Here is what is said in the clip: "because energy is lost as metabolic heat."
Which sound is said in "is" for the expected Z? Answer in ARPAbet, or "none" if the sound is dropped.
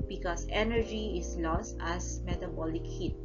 S